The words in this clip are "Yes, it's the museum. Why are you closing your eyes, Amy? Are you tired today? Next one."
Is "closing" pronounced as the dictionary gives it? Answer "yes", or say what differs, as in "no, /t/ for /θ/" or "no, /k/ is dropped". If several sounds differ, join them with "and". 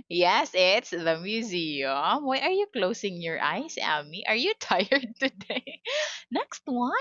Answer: no, /s/ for /z/